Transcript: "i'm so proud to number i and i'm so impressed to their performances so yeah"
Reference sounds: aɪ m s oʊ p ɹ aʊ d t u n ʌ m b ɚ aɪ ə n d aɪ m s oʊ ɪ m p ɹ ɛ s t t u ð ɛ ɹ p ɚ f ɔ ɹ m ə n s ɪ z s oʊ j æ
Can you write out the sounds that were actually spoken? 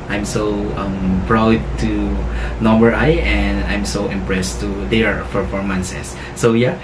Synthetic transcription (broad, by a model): aɪ m s oʊ p ɹ aʊ d t u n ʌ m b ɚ aɪ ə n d aɪ m s oʊ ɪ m p ɹ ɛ s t t u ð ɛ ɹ f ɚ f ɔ ɹ m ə n s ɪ s oʊ j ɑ